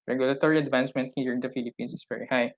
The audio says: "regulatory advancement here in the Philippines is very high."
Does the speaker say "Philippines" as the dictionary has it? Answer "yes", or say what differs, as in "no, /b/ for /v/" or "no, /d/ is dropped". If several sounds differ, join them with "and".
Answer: no, /s/ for /z/